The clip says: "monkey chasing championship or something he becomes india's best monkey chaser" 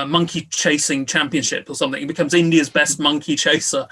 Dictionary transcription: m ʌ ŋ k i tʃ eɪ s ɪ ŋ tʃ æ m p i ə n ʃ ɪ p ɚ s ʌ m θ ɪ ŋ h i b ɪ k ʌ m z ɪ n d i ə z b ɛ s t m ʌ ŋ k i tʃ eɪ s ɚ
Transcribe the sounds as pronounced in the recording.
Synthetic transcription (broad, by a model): m ʌ ŋ k i tʃ eɪ s ɪ ŋ tʃ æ m p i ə n ʃ ɪ p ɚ s ʌ m θ ɪ ŋ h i b ɪ k ʌ m z ɪ n d i ə z b ɛ s t m ʌ ŋ k i tʃ eɪ s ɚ